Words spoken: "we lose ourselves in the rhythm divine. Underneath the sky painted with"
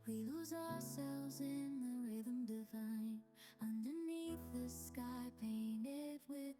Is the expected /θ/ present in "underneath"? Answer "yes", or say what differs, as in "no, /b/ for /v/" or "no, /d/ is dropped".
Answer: yes